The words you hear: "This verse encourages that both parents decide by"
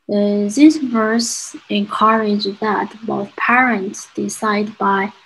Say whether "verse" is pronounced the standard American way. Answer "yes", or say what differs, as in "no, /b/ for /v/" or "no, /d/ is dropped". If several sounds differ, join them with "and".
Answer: yes